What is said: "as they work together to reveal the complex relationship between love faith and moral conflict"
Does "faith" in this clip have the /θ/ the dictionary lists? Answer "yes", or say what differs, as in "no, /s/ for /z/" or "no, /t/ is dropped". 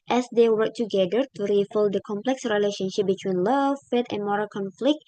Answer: no, /t/ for /θ/